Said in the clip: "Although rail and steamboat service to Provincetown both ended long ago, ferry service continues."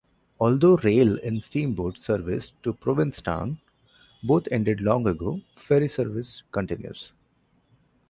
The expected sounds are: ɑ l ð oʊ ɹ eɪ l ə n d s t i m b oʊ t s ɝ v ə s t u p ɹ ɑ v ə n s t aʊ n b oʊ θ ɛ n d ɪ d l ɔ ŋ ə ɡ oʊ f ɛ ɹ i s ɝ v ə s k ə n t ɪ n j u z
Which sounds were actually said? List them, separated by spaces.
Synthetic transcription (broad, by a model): ɑ l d oʊ ɹ eɪ l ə n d s t i m b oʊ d s ɝ v ə s t u p ɹ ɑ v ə n s t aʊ n b oʊ t ɛ n d ɪ d l ɔ ŋ ə ɡ oʊ f ɛ ɹ i s ɝ v ə s k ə n t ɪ n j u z